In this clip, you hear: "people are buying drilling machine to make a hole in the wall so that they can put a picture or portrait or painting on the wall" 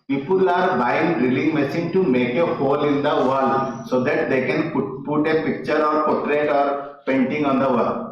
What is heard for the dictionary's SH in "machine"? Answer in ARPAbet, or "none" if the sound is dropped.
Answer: S